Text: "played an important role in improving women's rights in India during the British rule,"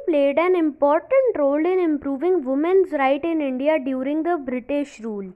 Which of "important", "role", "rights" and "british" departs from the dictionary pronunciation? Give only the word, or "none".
rights